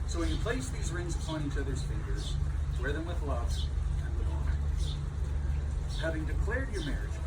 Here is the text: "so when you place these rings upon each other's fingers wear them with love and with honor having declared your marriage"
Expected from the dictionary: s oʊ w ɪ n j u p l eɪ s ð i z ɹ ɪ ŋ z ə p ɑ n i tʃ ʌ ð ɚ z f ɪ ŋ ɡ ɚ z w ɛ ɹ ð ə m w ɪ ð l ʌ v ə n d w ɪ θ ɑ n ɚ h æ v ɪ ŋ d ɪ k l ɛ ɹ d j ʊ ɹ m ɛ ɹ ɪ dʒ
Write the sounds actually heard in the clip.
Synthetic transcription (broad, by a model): s oʊ w ɪ n j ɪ p l eɪ s ð i z ɹ ɪ ŋ z ə p ɑ n i tʃ ʌ ð ɚ z f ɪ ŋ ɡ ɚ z w ɛ ɹ ð ə m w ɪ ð l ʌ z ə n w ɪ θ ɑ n h æ v ɪ ŋ d ɪ k l ɛ ɹ d j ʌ ɹ m ɛ ɹ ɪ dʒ